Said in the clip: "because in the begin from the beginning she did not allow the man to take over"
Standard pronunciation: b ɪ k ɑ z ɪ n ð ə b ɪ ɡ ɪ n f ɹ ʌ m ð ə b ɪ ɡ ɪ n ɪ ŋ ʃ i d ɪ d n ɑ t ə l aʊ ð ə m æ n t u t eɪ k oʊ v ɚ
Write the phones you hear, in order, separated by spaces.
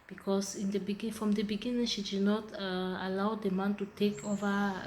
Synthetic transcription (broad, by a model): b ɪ k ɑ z ɪ n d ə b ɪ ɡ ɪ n f ɹ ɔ m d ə b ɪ ɡ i n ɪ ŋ ʃ i d ɪ d n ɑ t ə l aʊ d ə m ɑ n t u t eɪ k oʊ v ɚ